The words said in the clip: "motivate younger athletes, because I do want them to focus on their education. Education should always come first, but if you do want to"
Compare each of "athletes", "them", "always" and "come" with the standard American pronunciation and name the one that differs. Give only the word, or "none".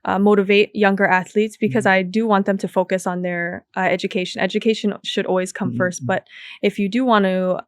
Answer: none